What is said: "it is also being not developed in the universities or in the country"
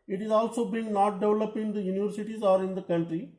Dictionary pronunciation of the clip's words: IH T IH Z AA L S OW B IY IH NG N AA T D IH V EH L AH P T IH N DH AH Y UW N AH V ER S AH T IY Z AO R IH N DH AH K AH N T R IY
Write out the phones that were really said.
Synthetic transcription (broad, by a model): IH T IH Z AA L S OW B IY IH NG N AA T D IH V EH L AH P IH N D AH Y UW N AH V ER S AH T IY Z AO R IH N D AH K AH N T R IY